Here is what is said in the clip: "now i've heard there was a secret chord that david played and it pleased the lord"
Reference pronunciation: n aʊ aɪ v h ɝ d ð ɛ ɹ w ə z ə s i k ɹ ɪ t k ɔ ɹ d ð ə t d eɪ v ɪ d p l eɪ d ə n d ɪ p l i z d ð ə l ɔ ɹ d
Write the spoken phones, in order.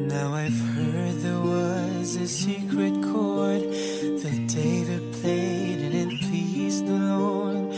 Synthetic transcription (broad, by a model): n aʊ aɪ v h ɝ d ð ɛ ɹ w ə z ə s i k ɹ ɪ t k ɔ ɹ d ð ə t d eɪ v ɪ d p l eɪ d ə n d ɪ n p i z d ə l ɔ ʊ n